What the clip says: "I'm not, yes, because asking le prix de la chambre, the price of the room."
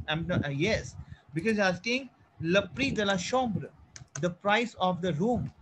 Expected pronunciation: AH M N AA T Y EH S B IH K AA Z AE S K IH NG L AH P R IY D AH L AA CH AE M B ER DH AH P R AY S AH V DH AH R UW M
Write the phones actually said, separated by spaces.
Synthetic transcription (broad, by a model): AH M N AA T Y EH S B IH K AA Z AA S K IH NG L AH P R IY D AH L AA SH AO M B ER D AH P R AY S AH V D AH R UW M